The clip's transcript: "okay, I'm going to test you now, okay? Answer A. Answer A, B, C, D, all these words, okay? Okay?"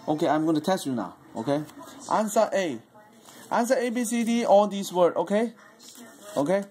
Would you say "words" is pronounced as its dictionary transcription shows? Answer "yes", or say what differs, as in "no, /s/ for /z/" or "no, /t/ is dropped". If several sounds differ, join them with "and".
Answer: no, /z/ is dropped